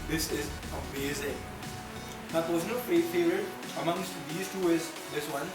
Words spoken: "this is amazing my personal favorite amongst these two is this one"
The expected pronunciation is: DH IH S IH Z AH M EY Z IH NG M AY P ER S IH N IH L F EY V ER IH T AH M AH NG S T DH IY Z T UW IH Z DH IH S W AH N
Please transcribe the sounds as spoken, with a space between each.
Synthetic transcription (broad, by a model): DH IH S IH Z AH M EY Z IH NG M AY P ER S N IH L P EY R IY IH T AH M AH NG S T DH IY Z T UW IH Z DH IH S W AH N